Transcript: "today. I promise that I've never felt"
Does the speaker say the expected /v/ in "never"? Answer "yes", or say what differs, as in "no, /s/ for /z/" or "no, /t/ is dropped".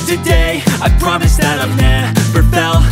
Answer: no, /p/ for /v/